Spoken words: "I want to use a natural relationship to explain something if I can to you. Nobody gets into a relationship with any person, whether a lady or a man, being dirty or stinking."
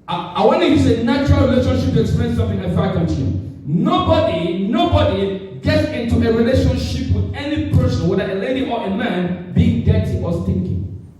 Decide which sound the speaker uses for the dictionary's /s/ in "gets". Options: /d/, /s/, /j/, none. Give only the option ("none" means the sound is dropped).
/s/